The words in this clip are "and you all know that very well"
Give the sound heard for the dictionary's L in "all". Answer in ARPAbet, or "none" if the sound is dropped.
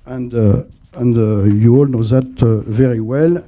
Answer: L